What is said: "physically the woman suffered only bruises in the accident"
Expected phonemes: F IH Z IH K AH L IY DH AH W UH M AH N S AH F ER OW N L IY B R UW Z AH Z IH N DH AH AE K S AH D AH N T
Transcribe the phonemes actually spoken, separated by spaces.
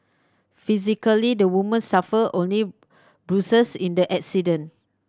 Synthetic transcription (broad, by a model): F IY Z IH K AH L IY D AH W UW M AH N S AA F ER OW N L IY B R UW S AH S IH N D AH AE K S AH D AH N